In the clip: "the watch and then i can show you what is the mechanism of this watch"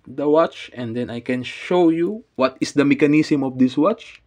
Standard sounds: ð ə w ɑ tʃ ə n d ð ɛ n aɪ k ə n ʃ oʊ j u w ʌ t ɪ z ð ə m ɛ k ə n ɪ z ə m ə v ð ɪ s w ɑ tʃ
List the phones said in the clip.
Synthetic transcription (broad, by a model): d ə w ɑ tʃ ə n d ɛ n aɪ k ə n ʃ oʊ j u w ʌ t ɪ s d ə m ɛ k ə n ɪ s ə m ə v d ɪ s w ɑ tʃ